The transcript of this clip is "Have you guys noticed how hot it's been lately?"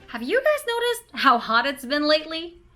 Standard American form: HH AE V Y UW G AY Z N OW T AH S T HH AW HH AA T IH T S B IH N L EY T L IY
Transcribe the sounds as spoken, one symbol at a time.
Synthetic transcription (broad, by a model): HH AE V Y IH G AY Z N OW T AH S T HH AW HH AA T IH T S B IH N L EY T L IY